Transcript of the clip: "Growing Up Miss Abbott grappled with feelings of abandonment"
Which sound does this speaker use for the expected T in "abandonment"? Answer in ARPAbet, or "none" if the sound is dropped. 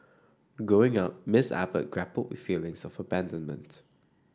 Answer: T